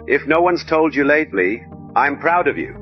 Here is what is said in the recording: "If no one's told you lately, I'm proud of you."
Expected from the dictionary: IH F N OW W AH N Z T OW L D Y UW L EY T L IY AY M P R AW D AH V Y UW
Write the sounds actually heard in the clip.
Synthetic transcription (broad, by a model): IH F N OW W AH N Z T OW L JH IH L EY T L IY AY M P R AW D AH V Y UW